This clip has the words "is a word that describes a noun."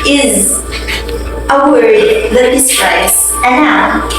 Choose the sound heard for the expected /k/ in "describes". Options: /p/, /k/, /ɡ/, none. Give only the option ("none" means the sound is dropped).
none